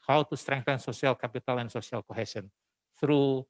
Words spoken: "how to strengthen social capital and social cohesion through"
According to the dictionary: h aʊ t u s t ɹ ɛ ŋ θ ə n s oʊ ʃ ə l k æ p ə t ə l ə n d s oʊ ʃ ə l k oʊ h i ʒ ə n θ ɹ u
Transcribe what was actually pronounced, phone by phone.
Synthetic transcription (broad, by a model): h aʊ t u s t ɹ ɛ ŋ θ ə n s oʊ s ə l k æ p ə t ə l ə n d s oʊ s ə l k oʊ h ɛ s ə n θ ɹ u